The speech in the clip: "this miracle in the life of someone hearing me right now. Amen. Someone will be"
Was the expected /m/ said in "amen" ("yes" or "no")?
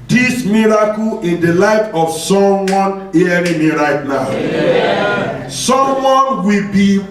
no